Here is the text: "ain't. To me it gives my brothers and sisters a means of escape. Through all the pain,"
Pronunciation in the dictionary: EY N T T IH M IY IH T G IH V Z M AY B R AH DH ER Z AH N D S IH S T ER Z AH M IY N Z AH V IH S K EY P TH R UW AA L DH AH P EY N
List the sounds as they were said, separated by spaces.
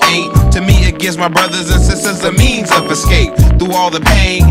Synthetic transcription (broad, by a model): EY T T IH M IY IH T G IH V Z M AY B R AH DH ER Z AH N S IH S T ER Z AH M IY N Z AH V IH S K EY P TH UW AA L DH AH P EY